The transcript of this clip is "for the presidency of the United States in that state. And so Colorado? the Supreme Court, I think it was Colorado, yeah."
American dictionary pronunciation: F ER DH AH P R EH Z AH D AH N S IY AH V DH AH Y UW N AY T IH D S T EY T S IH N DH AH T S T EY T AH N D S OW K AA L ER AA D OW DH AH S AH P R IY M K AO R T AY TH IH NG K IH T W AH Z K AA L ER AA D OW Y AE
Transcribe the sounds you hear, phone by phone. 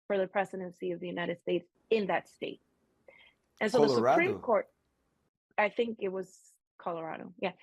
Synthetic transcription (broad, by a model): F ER DH AH P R EH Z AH D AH N S IY AH V DH AH Y UW N AY T IH D S T EY T S IH N DH AH T S T EY T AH N S OW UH DH AH S AH P R IY M K AO R T AY TH IH NG K IH T W AH Z K AA L ER AA D OW Y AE